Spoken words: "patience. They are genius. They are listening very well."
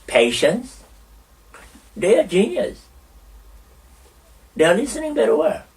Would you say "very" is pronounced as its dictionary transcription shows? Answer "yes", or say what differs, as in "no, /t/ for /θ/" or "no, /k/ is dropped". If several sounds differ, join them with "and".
no, /b/ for /v/